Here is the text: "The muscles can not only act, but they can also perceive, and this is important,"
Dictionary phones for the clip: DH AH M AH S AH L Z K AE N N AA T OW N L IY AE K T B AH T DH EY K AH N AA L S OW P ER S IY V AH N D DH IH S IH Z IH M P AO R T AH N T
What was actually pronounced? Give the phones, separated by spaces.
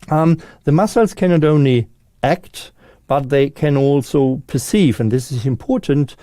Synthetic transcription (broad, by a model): DH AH M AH S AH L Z K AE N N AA T OW N L IY AE K T B AH T DH EY K AH N AA L S OW P ER S IY V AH N DH IH S IH Z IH M P AO R T N T